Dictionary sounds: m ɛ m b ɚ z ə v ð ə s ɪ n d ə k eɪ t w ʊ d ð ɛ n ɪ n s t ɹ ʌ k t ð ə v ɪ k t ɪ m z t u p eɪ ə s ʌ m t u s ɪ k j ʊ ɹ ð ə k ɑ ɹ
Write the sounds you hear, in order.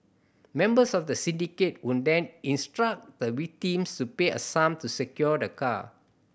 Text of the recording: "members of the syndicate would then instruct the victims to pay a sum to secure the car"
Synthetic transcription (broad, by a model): m ɛ m b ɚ s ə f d ə s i n d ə k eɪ t w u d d ɛ n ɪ n s t ɹ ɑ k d ə w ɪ k t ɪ m s t u p eɪ ə s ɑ m t u s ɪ k j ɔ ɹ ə k ɑ